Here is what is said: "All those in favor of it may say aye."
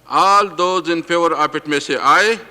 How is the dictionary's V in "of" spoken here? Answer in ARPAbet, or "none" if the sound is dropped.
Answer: P